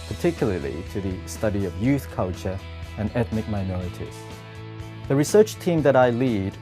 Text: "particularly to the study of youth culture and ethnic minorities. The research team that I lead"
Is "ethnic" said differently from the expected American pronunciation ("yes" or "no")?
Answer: no